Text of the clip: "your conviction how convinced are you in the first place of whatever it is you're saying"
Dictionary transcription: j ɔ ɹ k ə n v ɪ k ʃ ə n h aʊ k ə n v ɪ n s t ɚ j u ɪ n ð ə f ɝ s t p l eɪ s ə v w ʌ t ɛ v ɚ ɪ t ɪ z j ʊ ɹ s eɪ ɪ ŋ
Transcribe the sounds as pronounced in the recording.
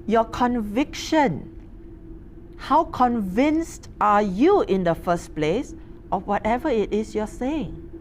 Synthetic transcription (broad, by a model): j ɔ k ə n v ɪ k ʃ ə n h aʊ k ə n v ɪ n s t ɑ j u ɪ n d ə f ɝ s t p l eɪ s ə w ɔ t ɛ v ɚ ɪ t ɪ s j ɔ s eɪ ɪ ŋ